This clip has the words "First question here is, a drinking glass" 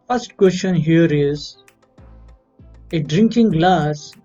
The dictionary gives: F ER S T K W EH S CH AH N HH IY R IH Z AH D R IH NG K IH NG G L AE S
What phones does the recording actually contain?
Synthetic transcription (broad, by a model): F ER S T K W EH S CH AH N HH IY R IH Z AH D R IH NG K IH NG G L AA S